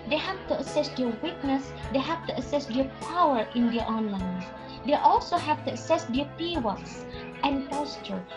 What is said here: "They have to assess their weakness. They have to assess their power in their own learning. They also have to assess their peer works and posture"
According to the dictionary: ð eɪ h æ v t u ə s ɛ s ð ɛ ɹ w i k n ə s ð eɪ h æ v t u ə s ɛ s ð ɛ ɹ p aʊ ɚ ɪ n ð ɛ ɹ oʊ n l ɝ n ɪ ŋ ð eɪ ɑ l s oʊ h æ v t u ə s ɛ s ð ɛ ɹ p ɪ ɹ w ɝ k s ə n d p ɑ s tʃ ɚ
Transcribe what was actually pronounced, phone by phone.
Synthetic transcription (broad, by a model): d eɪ h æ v t u ə s ɛ s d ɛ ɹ w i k n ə s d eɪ h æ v t u ə s ɛ s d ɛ p aʊ ɚ ɪ n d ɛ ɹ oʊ n l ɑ ɪ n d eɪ ɑ l s oʊ h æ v t u ə s ɛ s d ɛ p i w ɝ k s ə n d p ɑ s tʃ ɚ